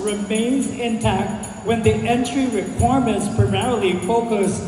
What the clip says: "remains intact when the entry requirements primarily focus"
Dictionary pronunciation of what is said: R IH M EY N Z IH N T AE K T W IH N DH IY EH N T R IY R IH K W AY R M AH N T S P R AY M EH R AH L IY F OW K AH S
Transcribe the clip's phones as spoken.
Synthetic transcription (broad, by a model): R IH M EY N Z IH N T AE K T W IH N DH IY EH N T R IY R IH K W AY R M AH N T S P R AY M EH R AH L IY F OW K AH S